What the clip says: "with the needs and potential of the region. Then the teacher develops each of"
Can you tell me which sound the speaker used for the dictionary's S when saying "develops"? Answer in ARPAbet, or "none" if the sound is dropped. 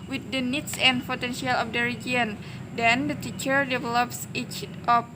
S